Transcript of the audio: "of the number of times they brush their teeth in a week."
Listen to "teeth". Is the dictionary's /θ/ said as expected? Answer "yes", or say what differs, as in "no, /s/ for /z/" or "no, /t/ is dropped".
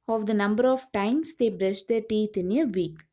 no, /t/ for /θ/